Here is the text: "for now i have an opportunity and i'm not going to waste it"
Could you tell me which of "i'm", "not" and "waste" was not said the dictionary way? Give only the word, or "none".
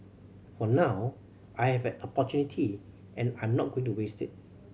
none